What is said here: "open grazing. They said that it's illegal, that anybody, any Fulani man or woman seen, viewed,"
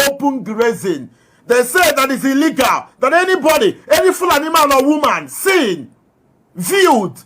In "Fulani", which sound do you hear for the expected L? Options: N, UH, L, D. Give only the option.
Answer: L